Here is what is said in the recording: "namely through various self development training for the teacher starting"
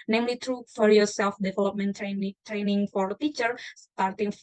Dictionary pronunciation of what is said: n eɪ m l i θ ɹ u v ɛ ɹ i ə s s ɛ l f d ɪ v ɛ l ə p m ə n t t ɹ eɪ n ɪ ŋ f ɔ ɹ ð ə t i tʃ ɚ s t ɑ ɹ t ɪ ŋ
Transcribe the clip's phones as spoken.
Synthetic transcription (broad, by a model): n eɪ m l i t ɹ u f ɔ ɹ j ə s s ɛ l f d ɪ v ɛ l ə p m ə n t t ɹ eɪ n ɪ ŋ f ɔ ɹ t i tʃ ɚ s t ɑ ɹ t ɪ ŋ